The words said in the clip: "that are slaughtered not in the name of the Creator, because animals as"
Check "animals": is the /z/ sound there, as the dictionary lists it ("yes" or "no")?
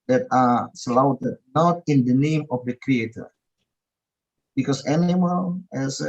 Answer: no